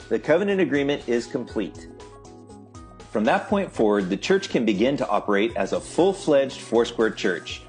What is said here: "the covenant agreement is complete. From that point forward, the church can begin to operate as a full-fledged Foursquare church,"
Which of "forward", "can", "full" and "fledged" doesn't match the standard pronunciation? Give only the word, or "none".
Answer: none